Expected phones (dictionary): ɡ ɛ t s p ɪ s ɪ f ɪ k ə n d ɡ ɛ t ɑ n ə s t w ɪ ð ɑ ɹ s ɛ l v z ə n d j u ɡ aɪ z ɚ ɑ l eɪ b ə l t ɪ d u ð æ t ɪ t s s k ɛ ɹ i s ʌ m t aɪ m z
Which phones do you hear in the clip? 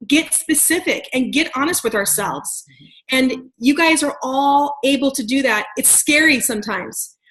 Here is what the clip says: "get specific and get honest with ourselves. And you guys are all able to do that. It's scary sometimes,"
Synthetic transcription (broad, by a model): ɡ ɛ t s p ɪ s ɪ f ɪ k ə n ɡ ɛ t ɑ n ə s t w ɪ ð ɑ ɹ s ɛ l v z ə n j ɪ ɡ aɪ z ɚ ɑ l eɪ b l t ɪ d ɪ ð æ t ɪ t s s k ɛ ɹ i s ʌ m t aɪ m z